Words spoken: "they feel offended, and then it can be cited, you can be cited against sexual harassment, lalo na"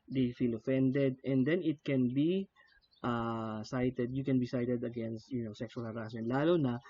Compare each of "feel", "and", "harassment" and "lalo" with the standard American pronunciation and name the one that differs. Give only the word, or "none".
harassment